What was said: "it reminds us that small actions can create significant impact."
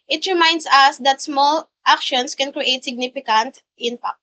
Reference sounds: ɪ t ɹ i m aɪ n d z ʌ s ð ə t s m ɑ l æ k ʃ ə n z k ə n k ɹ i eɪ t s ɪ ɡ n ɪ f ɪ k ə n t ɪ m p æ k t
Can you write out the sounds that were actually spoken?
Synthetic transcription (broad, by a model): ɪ t ɹ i m aɪ n d s ʌ s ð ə t s m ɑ l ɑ k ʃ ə n s k ə n k ɹ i eɪ t s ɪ ɡ n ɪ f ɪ k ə n t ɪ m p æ k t